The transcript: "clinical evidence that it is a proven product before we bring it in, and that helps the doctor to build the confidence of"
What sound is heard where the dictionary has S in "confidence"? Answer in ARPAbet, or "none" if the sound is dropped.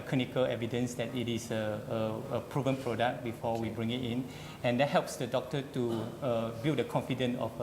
none